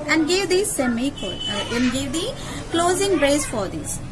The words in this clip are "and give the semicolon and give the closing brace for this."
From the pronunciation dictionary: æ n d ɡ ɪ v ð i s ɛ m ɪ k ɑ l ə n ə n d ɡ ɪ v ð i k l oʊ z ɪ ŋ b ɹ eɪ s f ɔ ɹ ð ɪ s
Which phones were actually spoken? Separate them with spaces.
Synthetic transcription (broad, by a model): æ n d ɡ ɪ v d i s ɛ m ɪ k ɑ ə ə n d ɡ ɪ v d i k l oʊ z ɪ ŋ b ɹ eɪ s f ɔ ɹ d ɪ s